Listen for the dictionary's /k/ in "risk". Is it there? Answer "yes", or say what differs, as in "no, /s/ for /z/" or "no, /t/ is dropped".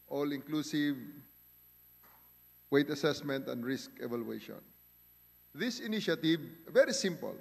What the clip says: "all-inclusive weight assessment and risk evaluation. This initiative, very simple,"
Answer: yes